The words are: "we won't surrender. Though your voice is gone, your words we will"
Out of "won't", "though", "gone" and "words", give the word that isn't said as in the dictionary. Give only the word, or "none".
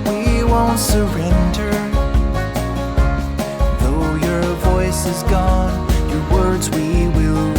none